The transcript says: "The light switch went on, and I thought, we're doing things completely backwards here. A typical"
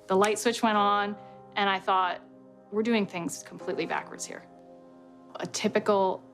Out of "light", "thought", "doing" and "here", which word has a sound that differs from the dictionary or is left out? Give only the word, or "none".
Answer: none